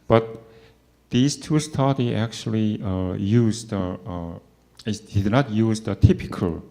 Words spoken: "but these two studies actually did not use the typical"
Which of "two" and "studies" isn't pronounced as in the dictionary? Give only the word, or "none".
studies